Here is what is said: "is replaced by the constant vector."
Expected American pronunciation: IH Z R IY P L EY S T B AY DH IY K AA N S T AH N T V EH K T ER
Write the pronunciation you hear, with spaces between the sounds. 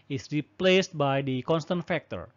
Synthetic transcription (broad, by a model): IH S R IY P L EY S T B AY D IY K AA N S T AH N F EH K T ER